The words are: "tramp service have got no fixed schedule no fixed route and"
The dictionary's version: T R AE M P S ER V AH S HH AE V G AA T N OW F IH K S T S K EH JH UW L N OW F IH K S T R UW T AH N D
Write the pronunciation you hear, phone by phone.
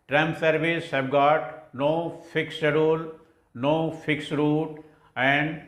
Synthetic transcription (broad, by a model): T R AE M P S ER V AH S HH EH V G AA T N OW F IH K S S EH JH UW L N OW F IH K S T R UW T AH N D